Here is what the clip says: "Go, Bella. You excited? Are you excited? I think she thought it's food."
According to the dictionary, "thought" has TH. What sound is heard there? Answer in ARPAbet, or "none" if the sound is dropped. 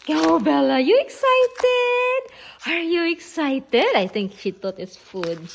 T